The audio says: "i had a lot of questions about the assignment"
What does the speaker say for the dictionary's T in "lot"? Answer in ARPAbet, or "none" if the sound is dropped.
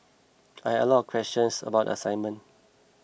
none